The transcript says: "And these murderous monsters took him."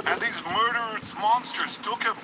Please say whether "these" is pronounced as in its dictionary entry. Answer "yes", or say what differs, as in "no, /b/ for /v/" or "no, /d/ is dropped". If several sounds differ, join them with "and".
yes